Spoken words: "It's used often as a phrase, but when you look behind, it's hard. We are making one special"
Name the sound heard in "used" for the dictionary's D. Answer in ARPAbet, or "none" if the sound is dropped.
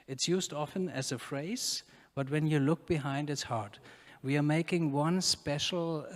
D